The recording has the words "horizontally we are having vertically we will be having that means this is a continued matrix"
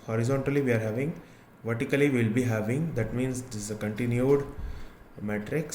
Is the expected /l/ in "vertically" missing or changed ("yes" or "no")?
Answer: yes